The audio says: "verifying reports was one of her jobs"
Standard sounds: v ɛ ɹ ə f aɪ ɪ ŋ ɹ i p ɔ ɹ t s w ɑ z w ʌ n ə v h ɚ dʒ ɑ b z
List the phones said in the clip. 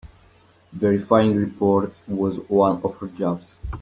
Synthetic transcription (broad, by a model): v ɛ ɹ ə f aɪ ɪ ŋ ɹ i p ɔ ɹ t w ɑ z w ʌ n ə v h ɚ dʒ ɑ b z